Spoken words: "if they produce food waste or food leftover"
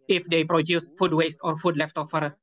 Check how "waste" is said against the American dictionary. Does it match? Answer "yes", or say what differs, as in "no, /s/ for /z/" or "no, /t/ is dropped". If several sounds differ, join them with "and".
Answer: yes